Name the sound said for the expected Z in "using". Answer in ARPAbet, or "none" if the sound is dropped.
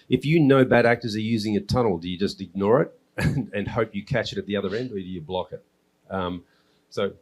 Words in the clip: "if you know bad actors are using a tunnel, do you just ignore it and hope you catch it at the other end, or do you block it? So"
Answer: Z